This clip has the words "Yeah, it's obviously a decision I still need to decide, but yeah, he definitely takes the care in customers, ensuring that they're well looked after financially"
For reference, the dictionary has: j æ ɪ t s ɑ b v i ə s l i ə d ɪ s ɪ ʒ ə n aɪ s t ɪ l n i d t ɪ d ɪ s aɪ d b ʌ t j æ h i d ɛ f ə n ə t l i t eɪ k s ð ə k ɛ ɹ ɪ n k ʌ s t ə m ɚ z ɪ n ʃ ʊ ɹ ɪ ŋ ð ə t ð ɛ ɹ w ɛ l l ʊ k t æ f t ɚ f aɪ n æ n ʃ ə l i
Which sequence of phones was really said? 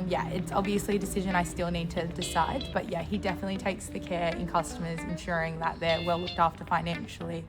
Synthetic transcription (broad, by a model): j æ ɪ t s ɑ b v i ə s l i ə d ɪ s ɪ ʒ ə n aɪ s t ɪ l n i d t ɪ d ɪ s aɪ d b ʌ t j æ h i d ɛ f ə n ə t l i t eɪ k s ð ə k ɛ ɹ ɪ n k ʌ s t ə m ɚ z ɪ n ʃ ʊ ɹ ɪ ŋ ð ə t ð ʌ ɹ w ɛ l l ʊ k t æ f t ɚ f aɪ n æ n ʃ l i